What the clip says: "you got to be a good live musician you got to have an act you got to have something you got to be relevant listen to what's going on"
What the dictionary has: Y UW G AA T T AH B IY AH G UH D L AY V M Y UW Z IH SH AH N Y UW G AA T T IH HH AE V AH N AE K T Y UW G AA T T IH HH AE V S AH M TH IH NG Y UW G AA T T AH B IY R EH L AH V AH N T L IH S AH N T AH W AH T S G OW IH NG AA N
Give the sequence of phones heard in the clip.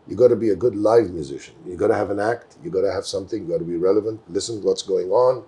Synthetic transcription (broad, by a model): Y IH G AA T T AH B IY AH G UH D L AY V M Y UW Z IH SH AH N Y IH G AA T T IH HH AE V AH N AE K T Y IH G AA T T IH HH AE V S AH M TH IH NG Y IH G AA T T AH B IY R EH L AH V AH N T L IH S AH N W AH T S G OW IH NG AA N